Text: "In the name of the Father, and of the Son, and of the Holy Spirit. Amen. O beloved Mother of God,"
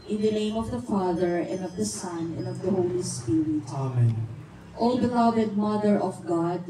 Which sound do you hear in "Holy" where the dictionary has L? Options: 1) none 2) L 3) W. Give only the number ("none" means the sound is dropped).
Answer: 2